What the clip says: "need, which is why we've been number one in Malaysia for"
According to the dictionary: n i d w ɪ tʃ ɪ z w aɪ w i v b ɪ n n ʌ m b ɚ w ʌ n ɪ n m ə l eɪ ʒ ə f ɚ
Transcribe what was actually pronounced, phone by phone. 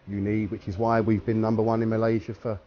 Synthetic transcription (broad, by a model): n i d w ɪ tʃ ɪ z w aɪ w i v b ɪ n n ʌ m b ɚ w ʌ n ɪ n m ə l eɪ ʒ ə f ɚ